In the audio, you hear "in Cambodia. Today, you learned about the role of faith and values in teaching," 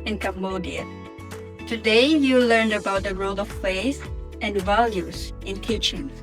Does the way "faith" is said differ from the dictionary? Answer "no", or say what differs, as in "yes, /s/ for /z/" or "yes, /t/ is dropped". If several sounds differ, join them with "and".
yes, /s/ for /θ/